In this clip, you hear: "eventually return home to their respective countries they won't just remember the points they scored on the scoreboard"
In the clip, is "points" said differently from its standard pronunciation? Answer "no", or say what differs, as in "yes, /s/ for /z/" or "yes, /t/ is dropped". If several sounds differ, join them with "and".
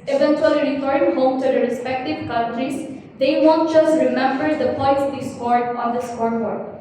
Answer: yes, /n/ is dropped